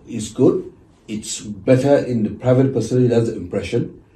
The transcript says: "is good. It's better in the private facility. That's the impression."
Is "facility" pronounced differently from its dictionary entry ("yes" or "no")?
yes